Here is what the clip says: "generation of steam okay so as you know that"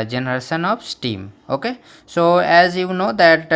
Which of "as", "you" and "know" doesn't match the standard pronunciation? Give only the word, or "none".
none